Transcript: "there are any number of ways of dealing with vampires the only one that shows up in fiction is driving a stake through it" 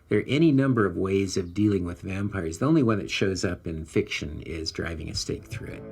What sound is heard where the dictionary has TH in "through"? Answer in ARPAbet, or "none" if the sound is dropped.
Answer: TH